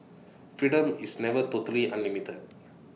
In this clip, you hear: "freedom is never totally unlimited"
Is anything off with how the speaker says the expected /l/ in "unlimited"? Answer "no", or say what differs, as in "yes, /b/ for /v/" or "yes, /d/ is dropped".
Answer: yes, /l/ is dropped